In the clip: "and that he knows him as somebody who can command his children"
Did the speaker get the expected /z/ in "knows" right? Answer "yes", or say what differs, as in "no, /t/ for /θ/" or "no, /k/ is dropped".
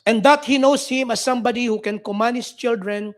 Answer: no, /s/ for /z/